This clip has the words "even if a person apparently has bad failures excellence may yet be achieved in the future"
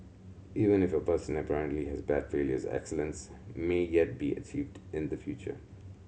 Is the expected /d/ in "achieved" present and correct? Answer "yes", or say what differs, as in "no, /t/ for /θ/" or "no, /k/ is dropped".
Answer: yes